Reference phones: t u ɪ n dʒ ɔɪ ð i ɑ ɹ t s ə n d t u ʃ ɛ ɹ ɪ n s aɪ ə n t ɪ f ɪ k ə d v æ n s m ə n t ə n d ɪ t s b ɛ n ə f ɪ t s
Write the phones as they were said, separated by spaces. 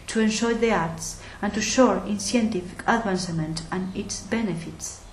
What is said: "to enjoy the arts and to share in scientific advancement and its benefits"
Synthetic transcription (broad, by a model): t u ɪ n ʃ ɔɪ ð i ɑ ɹ t s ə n t u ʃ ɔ ɹ ɪ n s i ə n t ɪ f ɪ k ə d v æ n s m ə n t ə n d ɪ t s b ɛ n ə f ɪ t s